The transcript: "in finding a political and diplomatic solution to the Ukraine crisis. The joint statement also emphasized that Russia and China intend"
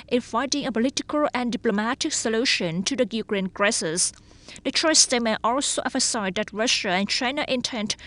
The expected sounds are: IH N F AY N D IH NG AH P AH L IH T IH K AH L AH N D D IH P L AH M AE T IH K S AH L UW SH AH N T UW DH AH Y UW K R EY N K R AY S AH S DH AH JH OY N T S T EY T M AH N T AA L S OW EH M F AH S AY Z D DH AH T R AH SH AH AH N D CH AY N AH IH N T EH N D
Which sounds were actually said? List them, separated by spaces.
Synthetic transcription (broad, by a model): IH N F AY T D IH NG AH P AH L IH T IH K AH L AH N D D IH P L AH M AE T IH K S AH L UW SH AH N T UW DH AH Y UW K R EY N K R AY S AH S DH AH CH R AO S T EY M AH T AA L S OW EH F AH S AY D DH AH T R AH SH AH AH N CH AY N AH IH N T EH N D